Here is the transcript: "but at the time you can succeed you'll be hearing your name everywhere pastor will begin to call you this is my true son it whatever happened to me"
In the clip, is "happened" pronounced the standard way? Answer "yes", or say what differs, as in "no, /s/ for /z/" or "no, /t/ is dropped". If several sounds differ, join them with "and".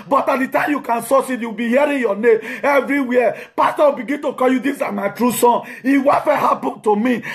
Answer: no, /b/ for /p/